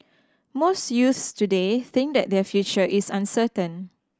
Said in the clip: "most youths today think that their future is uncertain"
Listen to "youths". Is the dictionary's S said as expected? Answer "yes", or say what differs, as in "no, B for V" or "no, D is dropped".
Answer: yes